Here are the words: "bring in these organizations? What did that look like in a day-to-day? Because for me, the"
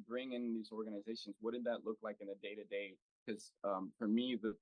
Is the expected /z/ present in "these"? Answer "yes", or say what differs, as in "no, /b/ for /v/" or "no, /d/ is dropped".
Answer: yes